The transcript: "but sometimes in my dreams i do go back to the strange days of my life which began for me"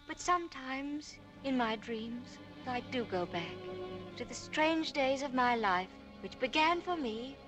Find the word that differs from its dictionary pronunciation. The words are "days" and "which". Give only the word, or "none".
none